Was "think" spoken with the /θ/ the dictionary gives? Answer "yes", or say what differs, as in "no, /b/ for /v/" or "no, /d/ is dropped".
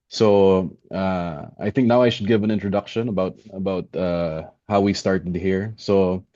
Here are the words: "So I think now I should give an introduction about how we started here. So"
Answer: yes